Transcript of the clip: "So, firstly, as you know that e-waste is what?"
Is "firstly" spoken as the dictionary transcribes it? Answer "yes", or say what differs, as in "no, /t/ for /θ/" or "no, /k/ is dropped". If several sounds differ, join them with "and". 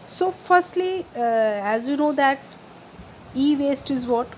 yes